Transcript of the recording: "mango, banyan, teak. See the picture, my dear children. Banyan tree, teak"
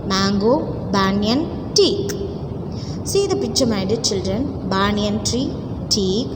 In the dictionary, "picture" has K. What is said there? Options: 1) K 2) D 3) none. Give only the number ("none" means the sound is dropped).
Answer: 3